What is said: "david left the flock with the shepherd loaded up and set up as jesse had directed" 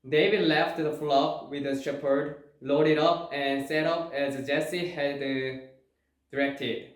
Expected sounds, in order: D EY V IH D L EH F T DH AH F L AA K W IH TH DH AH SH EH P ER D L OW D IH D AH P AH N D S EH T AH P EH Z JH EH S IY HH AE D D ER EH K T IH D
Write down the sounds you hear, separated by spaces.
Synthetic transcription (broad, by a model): D EY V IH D L EH F T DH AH F L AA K W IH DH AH SH EH P ER D L OW D IH D AH P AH N S EH T AH P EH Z JH EH S IY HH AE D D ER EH K T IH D